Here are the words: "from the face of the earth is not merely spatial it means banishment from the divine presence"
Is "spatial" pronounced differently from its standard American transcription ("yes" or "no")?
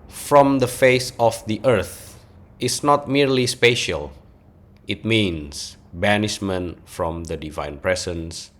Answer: no